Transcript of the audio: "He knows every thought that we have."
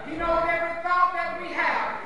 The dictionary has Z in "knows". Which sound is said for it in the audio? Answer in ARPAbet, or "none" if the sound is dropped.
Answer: none